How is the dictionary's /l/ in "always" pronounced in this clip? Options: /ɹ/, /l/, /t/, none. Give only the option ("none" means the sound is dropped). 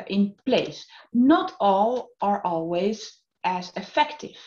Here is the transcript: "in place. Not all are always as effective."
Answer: /l/